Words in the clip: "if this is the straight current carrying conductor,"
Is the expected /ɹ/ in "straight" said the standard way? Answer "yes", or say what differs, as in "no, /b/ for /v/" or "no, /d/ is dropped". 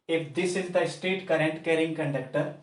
no, /ɹ/ is dropped